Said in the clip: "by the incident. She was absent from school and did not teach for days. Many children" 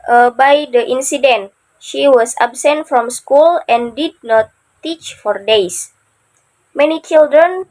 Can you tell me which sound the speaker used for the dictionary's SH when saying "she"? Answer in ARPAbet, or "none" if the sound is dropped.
SH